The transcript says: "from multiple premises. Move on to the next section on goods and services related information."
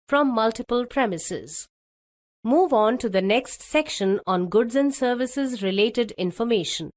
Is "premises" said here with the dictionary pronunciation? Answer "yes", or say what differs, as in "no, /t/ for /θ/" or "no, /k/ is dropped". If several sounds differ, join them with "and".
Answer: yes